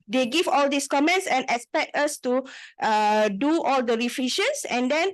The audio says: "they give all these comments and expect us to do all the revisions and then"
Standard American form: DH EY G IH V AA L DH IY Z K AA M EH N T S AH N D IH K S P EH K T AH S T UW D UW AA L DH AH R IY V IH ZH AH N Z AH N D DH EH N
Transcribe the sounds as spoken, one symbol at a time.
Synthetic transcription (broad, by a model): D EY G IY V AA L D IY S K AA M EH N T S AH N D IH K S P EH K T AH S T UW D UW AA L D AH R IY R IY SH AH N S AH N D EH N